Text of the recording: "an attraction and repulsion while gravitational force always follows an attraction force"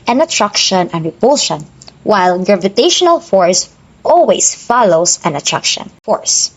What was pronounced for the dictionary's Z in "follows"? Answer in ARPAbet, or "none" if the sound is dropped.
S